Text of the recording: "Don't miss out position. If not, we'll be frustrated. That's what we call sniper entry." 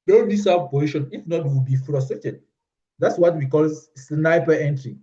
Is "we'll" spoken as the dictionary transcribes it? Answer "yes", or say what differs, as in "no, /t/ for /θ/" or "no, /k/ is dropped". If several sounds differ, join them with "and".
no, /w/ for /l/